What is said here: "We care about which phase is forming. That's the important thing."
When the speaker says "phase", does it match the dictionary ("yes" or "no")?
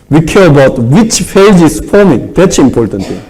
no